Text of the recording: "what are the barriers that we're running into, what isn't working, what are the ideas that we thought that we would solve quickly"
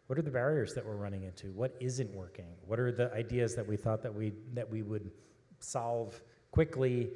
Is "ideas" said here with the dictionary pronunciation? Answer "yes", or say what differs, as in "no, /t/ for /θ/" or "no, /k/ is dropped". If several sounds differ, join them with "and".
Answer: yes